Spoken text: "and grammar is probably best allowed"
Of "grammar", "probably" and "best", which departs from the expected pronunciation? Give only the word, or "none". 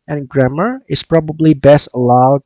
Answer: none